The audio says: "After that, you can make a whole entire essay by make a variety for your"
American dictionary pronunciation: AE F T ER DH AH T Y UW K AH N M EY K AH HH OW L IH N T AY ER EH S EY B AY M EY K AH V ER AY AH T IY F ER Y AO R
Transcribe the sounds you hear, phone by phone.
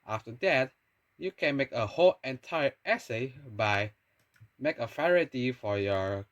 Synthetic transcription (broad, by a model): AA F T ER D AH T Y UW K AH N M EY K AH HH OW L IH N T AY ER EH S EY B AY M EY K AH F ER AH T IY F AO Y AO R